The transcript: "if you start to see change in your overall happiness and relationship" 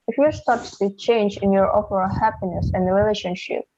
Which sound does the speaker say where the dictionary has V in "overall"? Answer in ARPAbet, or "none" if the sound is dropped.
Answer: P